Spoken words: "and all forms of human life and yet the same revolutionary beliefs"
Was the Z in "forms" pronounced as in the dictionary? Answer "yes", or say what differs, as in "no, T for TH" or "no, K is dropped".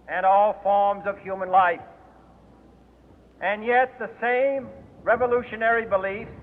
yes